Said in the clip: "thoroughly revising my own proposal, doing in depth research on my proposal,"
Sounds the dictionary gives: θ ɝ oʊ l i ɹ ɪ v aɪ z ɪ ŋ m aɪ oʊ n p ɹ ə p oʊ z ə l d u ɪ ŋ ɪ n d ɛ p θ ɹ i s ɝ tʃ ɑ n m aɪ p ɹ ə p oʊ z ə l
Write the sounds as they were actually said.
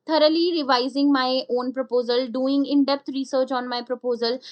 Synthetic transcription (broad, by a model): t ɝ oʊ l i ɹ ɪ v aɪ z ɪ ŋ m aɪ oʊ n p ɹ ə p oʊ z ə l d u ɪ ŋ ɪ n d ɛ p t ɹ i s ɝ tʃ ɑ n m aɪ p ɹ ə p oʊ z ə l